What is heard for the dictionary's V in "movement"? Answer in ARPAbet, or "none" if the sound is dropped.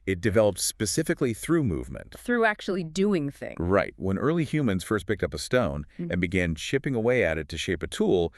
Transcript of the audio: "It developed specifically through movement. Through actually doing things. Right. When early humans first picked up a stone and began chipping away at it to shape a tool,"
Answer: V